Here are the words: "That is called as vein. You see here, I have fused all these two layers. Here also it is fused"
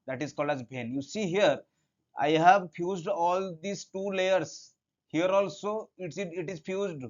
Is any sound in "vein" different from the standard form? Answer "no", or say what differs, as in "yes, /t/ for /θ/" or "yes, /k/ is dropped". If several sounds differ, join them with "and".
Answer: yes, /b/ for /v/